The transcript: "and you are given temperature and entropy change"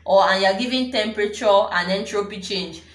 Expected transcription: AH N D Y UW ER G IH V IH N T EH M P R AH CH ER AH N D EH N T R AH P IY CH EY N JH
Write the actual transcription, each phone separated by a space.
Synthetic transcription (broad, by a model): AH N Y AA G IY V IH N T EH M P R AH CH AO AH N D EH N T R AH P IY CH EY N JH